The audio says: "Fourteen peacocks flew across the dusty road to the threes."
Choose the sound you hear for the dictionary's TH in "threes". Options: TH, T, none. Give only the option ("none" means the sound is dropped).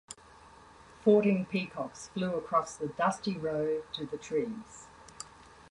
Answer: T